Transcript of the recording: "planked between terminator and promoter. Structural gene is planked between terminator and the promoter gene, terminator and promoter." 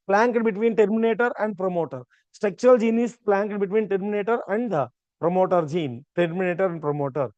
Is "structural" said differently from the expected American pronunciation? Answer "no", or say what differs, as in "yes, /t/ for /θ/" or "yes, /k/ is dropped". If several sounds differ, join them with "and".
yes, /ɹ/ is dropped